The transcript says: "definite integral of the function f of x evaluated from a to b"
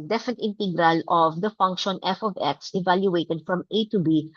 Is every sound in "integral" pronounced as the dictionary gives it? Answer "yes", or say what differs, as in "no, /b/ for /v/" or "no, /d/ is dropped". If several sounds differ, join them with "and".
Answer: yes